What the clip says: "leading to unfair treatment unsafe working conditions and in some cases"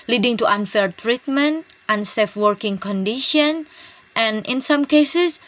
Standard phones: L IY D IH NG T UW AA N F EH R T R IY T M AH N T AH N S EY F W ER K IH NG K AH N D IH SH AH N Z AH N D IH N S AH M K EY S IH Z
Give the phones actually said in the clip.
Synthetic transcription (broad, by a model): L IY D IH NG T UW AA N F EH R T R IY T M AH N T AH N S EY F W ER K IH NG K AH N D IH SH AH N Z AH N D IH N S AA M K EY S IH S